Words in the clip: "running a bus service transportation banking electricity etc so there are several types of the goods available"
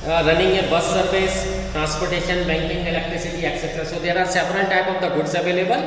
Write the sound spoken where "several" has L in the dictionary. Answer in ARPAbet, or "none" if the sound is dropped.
N